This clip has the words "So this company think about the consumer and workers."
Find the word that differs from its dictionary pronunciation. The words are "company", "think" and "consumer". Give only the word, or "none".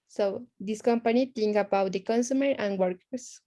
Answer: think